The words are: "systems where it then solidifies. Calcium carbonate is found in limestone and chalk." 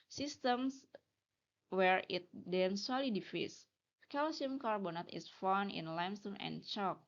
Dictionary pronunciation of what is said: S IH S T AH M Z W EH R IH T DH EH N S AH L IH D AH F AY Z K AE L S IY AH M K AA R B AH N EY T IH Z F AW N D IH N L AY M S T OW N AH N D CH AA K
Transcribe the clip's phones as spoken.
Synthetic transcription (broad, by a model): S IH S T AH M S W EH R IH T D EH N S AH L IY D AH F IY S K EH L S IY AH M K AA R B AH N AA T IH S F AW N IH N L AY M S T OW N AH N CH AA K